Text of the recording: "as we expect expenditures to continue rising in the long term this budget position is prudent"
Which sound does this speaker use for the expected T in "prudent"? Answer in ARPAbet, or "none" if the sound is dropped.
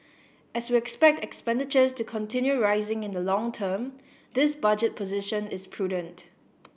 T